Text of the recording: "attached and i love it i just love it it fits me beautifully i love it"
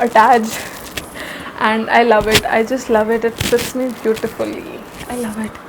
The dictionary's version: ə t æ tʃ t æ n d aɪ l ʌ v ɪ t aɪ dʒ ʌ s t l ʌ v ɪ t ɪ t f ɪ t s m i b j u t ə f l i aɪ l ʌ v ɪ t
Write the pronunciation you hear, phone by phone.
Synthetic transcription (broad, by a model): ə t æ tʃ t æ n d aɪ l ʌ v ɪ t aɪ dʒ ʌ s t l ʌ v ɪ t ɪ t p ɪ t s m i b j u t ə f l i aɪ l ʌ v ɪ t